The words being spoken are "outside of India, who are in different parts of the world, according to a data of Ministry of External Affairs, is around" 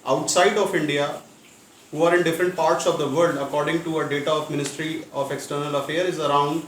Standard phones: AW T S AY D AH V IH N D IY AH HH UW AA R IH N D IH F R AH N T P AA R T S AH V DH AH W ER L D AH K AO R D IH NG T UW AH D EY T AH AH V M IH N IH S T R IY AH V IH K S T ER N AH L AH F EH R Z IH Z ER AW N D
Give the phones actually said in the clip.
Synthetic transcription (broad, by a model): AW T S AY D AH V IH N D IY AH HH UW AA R IH N D IH F R AH N T P AA R T S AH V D AH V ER L D AH K AO R D IH NG T UW AH D EY T AH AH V M IH N IH S T R IY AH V IH K S T ER N AH L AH F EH R IH Z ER AW N D